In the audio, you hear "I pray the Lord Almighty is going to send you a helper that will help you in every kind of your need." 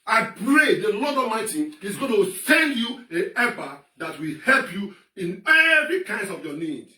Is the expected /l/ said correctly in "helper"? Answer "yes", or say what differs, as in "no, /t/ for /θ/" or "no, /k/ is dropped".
no, /l/ is dropped